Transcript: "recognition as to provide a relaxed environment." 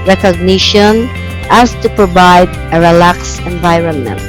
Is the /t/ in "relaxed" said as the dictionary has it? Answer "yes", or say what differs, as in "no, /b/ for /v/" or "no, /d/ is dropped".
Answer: no, /t/ is dropped